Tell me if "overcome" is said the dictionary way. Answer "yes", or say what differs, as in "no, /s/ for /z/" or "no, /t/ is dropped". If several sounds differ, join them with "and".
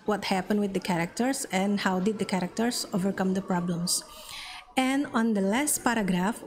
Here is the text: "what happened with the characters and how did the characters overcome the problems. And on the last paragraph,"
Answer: yes